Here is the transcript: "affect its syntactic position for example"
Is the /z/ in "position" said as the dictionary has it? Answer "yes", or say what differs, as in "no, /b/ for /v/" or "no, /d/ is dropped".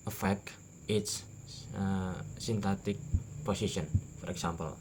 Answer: no, /s/ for /z/